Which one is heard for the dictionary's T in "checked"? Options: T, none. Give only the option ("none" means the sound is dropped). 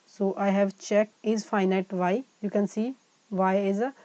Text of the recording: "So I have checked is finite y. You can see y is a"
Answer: none